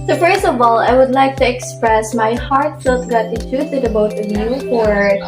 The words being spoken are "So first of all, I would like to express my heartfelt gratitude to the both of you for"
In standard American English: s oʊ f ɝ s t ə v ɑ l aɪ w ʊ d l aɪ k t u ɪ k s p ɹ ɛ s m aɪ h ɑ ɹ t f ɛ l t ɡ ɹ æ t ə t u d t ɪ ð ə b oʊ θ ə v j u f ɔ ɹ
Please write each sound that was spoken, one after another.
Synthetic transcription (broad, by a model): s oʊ f ɝ s t ə v ɑ l aɪ w ʊ d l aɪ k t u ɪ k s p ɹ ɛ s m aɪ h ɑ ɹ t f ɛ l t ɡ ɑ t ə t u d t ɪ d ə b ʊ t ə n j u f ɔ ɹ